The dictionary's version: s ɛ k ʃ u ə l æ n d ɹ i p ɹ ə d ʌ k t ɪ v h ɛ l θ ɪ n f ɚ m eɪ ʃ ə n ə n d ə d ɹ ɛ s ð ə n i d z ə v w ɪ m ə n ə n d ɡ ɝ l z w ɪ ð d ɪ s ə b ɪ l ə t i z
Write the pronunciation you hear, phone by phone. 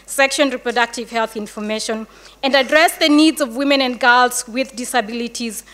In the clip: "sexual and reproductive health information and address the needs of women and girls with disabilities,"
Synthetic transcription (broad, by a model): s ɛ k ʃ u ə n ɹ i p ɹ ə d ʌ k t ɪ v h ɛ l θ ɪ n f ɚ m eɪ ʃ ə n ə n d ə d ɹ ɛ s ð ə n i d z ə v w ɪ m ə n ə n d ɡ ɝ l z w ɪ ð d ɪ s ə b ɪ l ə t i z